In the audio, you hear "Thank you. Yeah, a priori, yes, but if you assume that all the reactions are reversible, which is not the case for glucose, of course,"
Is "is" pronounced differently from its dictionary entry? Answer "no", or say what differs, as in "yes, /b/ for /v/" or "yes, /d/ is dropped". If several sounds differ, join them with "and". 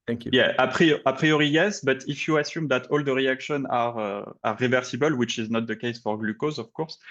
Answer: no